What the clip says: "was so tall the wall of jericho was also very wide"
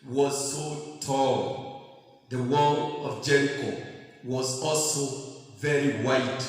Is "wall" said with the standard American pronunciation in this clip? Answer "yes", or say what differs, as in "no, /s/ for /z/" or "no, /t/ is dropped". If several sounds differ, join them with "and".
no, /n/ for /l/